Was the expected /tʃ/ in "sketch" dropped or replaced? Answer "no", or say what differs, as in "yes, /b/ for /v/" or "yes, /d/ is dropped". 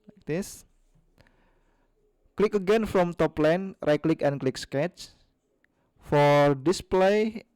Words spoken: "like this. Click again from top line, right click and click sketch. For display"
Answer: no